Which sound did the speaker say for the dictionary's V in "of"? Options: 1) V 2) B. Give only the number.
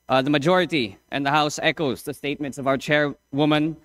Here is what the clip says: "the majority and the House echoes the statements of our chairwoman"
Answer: 1